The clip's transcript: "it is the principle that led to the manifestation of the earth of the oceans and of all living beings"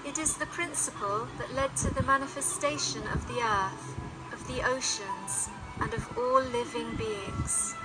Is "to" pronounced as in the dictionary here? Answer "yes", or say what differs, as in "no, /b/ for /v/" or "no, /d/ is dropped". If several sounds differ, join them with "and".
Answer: yes